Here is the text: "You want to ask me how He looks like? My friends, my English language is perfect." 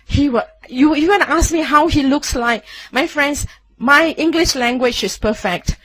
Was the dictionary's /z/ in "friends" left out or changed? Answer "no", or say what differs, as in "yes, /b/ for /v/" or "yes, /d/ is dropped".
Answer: yes, /s/ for /z/